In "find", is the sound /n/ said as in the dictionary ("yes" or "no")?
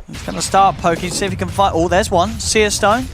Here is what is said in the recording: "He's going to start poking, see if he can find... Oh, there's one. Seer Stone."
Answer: no